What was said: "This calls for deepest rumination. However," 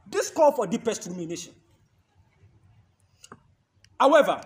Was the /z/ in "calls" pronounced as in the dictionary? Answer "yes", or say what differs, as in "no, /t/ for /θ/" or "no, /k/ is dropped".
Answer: no, /z/ is dropped